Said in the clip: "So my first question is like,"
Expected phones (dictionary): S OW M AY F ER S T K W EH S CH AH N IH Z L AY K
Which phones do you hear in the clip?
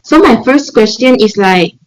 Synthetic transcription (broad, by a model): S OW M AY F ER S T K W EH S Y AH N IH S L AY K